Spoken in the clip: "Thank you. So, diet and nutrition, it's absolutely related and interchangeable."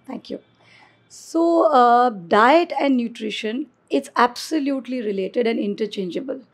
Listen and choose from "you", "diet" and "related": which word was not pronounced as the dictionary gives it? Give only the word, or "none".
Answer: none